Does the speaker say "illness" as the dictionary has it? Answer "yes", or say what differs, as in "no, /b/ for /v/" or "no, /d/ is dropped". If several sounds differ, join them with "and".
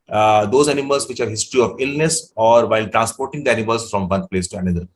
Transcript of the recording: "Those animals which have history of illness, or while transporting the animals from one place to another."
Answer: yes